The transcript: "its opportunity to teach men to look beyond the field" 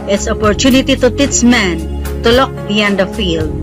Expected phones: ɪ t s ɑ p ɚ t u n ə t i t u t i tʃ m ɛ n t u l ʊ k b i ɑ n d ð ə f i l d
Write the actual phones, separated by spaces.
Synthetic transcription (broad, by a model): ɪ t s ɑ p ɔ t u n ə t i t u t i s m ɛ n t u l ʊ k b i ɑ n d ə f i l d